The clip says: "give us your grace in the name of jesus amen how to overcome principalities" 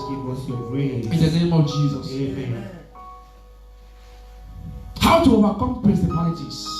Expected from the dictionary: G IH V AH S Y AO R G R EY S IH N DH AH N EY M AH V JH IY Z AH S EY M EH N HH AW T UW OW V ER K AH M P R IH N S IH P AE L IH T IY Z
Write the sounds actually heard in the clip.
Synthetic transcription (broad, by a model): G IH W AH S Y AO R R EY IH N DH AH N EY M AH V JH IY Z AH S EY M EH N HH AW T UW OW V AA K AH M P R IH N S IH P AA L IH T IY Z